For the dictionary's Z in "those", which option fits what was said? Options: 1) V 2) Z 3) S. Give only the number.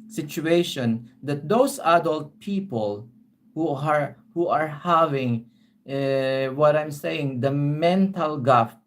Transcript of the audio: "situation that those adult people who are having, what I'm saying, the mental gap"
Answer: 3